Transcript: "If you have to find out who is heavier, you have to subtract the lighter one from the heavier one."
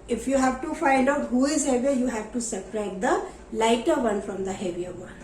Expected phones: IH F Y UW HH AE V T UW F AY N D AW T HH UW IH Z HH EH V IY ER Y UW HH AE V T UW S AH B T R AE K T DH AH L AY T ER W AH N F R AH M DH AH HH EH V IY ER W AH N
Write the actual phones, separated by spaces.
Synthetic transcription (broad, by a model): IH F Y UW HH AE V T UW F AY N D AW T HH UW IH Z HH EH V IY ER Y UW HH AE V T UW S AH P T R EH T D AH L AY T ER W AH N F R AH M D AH HH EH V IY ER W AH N